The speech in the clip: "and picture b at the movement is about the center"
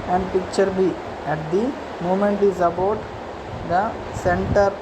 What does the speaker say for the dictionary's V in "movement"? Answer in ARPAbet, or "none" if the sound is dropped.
none